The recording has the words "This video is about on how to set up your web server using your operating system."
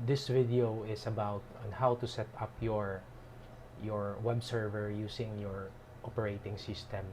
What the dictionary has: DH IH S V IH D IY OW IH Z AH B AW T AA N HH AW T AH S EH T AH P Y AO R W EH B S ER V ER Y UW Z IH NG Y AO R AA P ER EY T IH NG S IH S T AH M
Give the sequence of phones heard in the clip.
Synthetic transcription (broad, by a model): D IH S V IH D IY OW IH S AH B AW T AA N HH AW T AH S EH T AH P Y AO R W EH B S ER V ER Y UW S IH NG Y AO R AA P ER EY T IH NG S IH S T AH M